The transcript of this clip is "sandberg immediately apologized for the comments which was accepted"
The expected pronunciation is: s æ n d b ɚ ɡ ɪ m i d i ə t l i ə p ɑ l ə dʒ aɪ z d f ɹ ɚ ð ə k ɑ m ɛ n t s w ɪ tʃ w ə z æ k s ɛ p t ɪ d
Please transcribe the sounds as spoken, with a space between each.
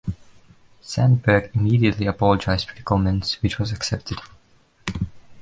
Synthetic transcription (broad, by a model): s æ n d b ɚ ɡ ɪ m i d i ə t l i ə p ɑ l ə dʒ aɪ z d p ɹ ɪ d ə k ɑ m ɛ n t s w ɪ tʃ w ə z æ k s ɛ p t ɪ d